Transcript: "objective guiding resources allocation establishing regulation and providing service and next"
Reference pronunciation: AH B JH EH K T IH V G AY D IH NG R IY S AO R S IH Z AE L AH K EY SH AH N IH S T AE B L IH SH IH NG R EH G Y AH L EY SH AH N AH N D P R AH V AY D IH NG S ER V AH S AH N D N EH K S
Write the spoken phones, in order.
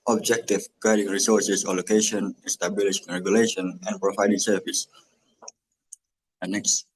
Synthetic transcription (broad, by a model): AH B JH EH K T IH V G AY D IH NG R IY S AO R S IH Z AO L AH K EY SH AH N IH S T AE B IH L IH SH R EH G Y AH L EY SH AH N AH N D P R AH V AY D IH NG S ER V AH S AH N N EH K S